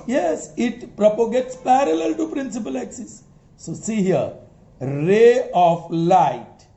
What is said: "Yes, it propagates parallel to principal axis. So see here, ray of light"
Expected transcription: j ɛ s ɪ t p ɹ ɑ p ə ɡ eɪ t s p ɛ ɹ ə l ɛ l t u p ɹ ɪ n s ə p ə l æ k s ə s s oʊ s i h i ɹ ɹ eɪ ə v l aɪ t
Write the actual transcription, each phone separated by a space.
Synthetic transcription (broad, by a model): j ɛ s ɪ t p ɹ ɑ p ə ɡ eɪ t s p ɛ ɹ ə l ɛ l t u p ɹ ɪ n s ə p ə l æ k s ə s s oʊ s i h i ɹ ɹ eɪ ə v l aɪ t